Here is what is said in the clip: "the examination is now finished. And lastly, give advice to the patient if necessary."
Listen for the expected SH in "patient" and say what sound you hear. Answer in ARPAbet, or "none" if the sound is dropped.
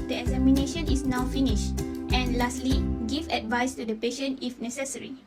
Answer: SH